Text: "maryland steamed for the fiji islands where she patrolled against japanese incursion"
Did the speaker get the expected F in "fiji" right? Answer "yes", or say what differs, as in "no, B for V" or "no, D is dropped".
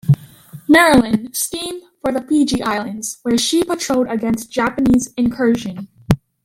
no, P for F